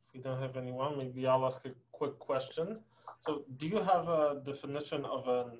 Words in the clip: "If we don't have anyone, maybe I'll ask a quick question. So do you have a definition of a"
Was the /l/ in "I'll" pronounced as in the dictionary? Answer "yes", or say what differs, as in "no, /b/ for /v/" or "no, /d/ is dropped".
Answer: yes